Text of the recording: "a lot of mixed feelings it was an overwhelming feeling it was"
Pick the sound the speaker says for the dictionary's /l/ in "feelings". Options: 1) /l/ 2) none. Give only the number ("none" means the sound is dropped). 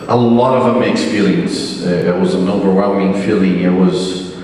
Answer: 2